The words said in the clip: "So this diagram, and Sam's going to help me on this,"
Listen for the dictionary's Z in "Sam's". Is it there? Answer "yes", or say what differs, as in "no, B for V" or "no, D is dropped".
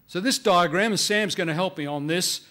yes